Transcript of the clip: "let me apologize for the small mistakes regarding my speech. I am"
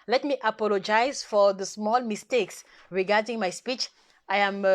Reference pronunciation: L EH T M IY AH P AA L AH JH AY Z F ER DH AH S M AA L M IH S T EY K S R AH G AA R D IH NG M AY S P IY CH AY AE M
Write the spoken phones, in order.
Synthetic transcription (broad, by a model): L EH T M IY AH P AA L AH JH AY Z F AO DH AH S M AA L M IH S T EY K S R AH G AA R D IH NG M AY S P IY CH AY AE M